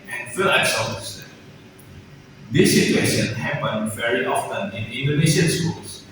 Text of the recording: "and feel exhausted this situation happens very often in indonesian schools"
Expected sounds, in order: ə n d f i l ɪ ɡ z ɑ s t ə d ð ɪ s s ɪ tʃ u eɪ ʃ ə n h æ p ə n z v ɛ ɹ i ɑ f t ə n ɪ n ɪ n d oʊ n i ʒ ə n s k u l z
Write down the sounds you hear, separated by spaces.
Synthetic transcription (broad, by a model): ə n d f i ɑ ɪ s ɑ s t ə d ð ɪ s s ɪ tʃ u eɪ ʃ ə n h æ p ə n v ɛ ɹ i ɑ f t ə n ɪ n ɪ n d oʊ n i ʃ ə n s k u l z